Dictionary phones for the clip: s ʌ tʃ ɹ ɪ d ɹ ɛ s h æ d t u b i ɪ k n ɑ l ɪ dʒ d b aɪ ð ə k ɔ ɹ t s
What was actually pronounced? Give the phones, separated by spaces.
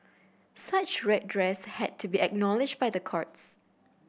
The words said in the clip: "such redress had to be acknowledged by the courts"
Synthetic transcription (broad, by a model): s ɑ tʃ ɹ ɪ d ɹ ɛ s h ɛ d t u b i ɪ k n ɑ l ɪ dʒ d b aɪ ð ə k ɔ ɹ t s